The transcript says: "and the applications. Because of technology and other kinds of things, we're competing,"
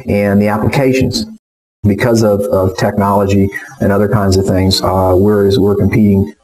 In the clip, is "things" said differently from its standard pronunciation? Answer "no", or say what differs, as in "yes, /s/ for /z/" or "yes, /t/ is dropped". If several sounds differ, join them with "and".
no